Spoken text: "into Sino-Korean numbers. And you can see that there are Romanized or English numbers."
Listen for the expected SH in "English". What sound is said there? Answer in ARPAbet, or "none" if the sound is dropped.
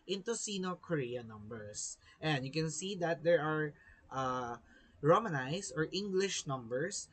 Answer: SH